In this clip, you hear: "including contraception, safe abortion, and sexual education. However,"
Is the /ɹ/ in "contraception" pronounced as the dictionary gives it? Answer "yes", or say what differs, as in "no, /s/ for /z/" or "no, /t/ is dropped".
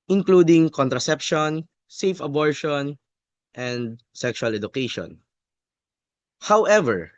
yes